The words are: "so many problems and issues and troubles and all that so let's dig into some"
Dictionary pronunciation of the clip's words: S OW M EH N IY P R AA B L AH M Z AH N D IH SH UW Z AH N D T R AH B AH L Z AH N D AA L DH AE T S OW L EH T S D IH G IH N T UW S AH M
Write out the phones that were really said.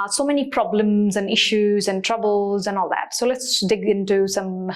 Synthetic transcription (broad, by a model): S OW M EH N IY P R AA B L AH M Z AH N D IH SH UW Z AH N T R AH B AH L Z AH N AA L DH AE T S OW L EH T S D IH G IH N T UW S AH M